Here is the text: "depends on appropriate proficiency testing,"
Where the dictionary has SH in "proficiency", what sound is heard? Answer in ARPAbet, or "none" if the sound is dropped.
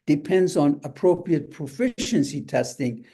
SH